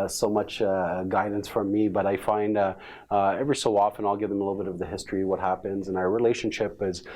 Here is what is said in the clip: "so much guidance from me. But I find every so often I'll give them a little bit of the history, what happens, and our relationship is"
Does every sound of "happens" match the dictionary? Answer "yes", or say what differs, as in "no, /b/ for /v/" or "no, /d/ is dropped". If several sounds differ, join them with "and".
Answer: yes